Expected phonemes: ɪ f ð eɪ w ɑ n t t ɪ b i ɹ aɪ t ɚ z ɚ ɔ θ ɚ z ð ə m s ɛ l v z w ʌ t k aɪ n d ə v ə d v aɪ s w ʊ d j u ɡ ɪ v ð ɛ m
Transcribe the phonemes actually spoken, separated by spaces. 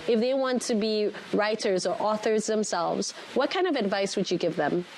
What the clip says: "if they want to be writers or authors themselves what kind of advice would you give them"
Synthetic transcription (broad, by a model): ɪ f ð eɪ w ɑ n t t ɪ b i ɹ aɪ t ɚ z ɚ ɔ θ ɚ z ð ə m s ɛ l v z w ʌ t k aɪ n d ə v ə d v aɪ s w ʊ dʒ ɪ ɡ ɪ v ð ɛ m